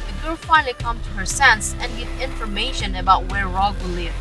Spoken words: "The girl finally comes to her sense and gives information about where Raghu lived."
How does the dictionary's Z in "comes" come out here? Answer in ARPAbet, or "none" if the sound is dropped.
none